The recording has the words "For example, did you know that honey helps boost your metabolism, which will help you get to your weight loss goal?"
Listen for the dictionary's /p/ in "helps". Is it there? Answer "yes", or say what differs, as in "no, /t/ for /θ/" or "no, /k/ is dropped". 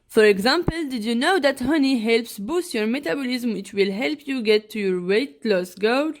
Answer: yes